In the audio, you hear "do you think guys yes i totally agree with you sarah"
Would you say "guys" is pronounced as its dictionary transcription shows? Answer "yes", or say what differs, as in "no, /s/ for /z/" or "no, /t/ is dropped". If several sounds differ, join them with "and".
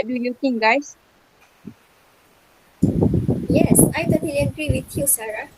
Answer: no, /s/ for /z/